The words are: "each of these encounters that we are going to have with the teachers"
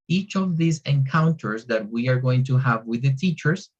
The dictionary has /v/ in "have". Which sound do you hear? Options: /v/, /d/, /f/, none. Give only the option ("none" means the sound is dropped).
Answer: /v/